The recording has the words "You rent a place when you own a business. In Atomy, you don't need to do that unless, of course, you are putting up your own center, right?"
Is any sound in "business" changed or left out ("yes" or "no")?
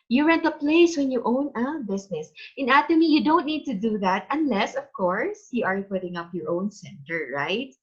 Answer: yes